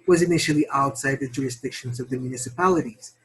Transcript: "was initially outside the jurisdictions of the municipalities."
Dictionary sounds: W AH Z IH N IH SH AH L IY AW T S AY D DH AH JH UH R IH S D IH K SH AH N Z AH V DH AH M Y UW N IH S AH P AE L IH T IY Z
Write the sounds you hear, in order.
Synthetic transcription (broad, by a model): W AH Z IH N IH SH L IY AW T S AY D DH AH JH UH R IH S D IH K SH AH N Z AH V DH AH M Y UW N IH S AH P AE L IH T IY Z